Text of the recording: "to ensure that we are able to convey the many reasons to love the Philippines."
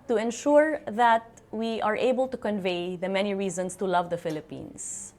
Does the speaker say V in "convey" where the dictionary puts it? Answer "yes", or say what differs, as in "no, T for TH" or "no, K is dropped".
yes